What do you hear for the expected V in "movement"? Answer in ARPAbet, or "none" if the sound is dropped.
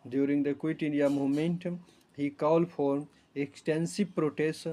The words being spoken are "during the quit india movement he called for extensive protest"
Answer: none